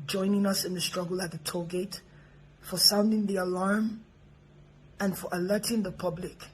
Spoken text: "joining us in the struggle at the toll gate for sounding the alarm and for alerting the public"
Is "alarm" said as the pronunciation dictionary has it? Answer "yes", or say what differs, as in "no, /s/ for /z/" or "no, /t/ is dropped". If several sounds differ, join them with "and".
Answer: yes